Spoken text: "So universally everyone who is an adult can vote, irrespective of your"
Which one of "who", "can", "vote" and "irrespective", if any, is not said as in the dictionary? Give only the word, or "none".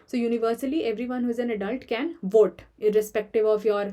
none